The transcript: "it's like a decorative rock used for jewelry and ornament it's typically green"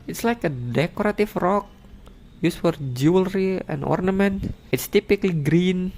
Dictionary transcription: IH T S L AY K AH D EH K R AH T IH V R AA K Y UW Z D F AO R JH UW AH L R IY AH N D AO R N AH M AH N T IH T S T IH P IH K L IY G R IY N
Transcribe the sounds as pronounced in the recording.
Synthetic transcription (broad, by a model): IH T S L AY K AH D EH K R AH T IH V R AA K Y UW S F AO R JH UW AH L R IY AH N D AO R N AH M AH N T IH T S T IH P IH K L IY G R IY N